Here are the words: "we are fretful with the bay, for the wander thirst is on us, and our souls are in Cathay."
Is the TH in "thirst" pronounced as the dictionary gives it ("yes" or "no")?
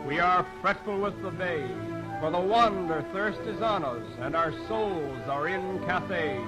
yes